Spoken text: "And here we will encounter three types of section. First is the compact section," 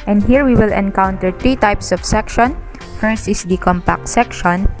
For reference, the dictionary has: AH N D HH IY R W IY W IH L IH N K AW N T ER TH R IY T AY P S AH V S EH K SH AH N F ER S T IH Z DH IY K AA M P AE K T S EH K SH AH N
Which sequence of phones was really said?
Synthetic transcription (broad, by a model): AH N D HH IY R W IY W IH L IH N K AW N T ER T R IY T AY P S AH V S EH K SH AH N F ER S T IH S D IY K AA M P AE K T S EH K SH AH N